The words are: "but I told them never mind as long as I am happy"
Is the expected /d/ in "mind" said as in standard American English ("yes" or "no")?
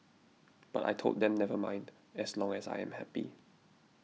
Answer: yes